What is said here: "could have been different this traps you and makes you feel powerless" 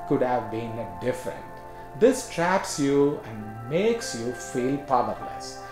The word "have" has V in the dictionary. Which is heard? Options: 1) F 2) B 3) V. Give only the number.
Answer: 3